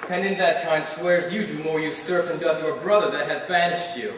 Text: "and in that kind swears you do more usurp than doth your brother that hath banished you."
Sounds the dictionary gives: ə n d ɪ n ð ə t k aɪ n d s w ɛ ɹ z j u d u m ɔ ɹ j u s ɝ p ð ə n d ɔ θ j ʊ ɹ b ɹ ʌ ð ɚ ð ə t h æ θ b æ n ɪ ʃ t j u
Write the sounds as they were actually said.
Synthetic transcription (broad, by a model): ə n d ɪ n ð ə t k aɪ n d s w ɛ ɹ z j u d u m ɔ ɹ j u s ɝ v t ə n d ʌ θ j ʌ ɹ b ɹ ʌ ð ɚ ð ə t h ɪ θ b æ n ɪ ʃ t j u